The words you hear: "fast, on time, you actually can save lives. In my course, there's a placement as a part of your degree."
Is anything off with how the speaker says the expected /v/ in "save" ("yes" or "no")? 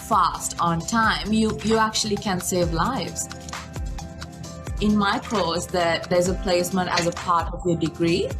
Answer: no